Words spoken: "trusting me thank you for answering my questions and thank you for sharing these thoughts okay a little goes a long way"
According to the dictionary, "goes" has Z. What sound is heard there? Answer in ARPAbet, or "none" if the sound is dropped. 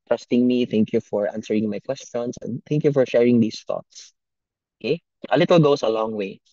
S